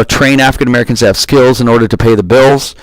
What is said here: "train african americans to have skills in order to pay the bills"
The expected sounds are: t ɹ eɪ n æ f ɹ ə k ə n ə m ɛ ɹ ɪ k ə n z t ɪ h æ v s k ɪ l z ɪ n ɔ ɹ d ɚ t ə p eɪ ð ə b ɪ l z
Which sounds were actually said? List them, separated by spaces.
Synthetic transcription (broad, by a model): t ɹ eɪ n æ f ɹ ə k ə n ə m ɛ ɹ ɪ k ə n z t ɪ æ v s k ɪ l z ɪ n ɔ ɹ d ɚ t ə p eɪ ð ə b ɪ l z